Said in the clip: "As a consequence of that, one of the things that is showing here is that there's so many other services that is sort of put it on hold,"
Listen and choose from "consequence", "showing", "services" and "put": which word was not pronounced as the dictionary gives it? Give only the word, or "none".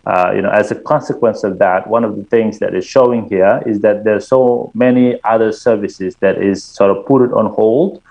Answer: none